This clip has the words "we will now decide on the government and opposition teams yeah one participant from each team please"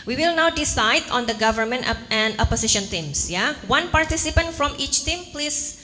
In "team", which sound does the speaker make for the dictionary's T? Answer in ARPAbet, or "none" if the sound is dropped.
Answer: T